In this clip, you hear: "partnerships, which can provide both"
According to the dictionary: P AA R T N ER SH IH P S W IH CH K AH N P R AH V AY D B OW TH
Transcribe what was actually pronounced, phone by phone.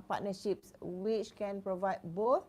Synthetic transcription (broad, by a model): P AA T N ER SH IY P S W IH CH K AH N P R AH V AY D B OW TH